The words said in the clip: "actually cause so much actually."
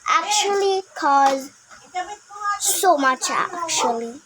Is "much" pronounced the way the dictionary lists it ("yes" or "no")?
yes